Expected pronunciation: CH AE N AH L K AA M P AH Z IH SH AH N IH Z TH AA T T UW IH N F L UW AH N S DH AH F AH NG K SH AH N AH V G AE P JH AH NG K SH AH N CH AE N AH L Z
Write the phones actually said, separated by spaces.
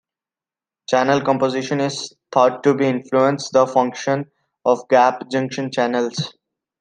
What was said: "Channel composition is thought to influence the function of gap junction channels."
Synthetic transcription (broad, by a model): CH AE N AH L K AA M P AH Z IH SH AH N IH Z T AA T T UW IH N F L UW AH N S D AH F AH NG K SH AH N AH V G AE P JH AH NG K SH AH N CH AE N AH L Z